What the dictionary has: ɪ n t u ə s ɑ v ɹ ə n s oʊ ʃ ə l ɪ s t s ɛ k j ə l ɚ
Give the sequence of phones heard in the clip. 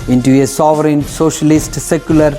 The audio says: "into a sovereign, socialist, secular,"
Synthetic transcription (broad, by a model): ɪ n t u ə s ɑ v ɹ ə n s oʊ ʃ ə l ɪ s t s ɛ k j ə l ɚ